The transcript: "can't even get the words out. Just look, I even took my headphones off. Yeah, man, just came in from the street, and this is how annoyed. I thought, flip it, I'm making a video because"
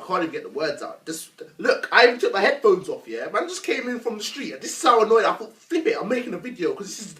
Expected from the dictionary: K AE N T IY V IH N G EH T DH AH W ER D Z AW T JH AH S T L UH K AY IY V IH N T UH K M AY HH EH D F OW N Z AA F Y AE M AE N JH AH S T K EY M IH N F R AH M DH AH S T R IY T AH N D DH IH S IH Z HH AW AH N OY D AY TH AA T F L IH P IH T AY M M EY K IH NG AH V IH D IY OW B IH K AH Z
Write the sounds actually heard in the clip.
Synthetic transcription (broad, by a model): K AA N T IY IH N G EH T DH AH W ER D Z AW T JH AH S L UH K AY IH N T UH K M AY HH EH D F OW N Z AA F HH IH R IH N JH AH S K EY M IH N F R AH M DH AH S T R IY T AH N DH IH S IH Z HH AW AH N OY D AY F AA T F L IH P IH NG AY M M EY K IH NG AH V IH D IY OW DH IH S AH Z